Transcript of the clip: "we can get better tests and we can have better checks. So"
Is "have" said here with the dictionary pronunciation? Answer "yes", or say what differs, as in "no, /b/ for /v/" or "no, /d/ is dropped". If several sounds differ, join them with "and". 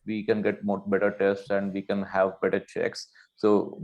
yes